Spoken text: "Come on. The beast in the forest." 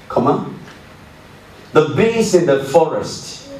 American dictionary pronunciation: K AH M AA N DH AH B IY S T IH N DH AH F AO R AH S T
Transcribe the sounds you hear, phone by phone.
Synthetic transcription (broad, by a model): K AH M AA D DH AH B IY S IH N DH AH F AO R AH S T